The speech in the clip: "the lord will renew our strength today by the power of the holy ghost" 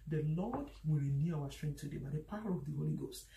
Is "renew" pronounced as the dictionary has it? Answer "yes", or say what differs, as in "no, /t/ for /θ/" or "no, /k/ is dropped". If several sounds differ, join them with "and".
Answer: yes